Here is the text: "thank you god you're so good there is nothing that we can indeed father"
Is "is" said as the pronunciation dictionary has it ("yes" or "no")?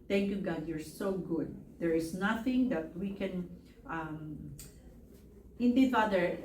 no